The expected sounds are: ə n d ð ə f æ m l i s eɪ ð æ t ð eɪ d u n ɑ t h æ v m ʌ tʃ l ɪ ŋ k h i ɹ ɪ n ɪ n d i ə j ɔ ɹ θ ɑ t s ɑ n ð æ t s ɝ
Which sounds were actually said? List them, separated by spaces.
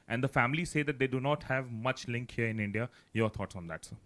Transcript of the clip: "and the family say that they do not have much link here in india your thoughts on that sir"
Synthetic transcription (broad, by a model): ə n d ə f æ m l i s eɪ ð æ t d eɪ d u n ɑ t h æ v m ʌ tʃ l ɪ ŋ k h i ɹ ɪ n ɪ n d i ə j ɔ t ɑ t s ɑ n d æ t s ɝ